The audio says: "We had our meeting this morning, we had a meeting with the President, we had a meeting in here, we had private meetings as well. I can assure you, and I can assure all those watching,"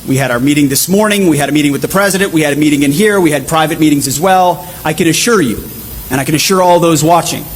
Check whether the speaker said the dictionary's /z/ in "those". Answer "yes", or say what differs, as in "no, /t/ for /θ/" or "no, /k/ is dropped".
yes